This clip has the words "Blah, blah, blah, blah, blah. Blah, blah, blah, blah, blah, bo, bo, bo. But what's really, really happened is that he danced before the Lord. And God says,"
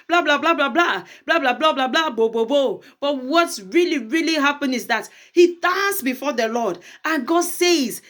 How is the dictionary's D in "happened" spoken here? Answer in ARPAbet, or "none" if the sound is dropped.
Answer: none